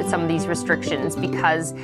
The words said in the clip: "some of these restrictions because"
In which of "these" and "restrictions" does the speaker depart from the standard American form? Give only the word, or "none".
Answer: none